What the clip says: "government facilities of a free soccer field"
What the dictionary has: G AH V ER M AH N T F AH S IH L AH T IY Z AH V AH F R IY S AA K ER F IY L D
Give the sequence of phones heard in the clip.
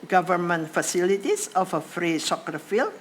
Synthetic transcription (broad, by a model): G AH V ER M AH N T F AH S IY L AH T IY S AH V AH F R IY S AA K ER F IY L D